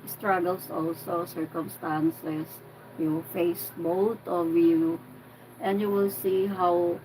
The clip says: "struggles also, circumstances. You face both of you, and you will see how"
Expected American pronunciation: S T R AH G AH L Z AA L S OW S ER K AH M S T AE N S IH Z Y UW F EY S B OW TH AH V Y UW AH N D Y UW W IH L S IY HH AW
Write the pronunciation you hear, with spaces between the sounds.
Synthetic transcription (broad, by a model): S T R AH G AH L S AA L S OW S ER K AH M S T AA N S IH S Y UW F EY S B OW T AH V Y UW AH N D Y UW W IH L S IY HH AW